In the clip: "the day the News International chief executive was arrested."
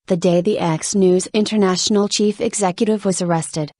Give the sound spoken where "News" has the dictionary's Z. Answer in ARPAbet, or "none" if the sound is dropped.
Z